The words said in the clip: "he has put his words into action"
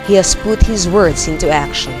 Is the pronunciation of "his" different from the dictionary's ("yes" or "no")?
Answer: no